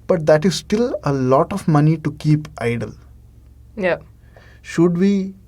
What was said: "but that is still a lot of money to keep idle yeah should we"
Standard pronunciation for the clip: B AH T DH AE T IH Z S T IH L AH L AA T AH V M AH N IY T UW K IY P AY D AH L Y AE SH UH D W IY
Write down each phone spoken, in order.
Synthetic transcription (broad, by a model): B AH T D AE T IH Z S T IH L AH L AA T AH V M AH N IY T UW K IY P AY D AH L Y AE SH UH D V IY